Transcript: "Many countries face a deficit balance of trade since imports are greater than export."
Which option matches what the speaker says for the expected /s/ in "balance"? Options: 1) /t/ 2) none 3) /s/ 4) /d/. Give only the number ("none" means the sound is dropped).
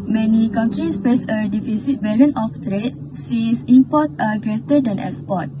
2